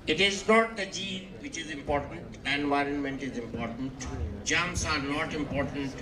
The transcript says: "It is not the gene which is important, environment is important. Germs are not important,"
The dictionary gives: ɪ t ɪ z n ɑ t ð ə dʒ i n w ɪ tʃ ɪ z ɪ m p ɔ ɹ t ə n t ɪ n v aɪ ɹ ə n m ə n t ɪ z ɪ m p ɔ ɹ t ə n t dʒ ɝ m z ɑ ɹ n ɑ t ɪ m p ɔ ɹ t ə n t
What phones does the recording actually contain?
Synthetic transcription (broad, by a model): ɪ t ɪ z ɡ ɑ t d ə dʒ i n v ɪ tʃ ɪ z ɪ m p ɔ ɹ t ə n t ɪ n v aɪ ɹ ə n m ə n t ɪ z ɪ m p ɔ ɹ t ə n t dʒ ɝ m s ɑ ɹ n ɑ t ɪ m p ɔ ɹ t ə n t